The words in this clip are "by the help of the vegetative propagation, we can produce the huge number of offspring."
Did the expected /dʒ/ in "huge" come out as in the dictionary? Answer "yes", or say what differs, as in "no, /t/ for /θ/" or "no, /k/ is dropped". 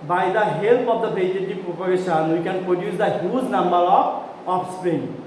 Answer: no, /z/ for /dʒ/